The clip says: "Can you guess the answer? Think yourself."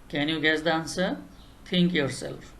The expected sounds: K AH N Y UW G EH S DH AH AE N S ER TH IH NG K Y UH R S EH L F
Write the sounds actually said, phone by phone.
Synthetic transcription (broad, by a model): K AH N Y UW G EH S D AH N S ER T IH NG K Y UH R S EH L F